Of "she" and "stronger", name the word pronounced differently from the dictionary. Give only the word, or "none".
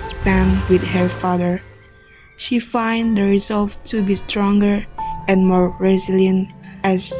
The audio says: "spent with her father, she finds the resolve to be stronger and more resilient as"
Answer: none